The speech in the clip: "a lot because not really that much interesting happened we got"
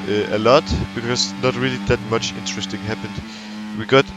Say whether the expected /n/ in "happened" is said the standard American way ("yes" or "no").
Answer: yes